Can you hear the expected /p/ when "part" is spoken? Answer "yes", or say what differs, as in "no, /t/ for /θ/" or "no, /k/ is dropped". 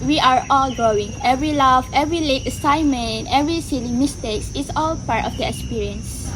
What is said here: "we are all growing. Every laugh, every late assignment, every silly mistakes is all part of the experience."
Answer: yes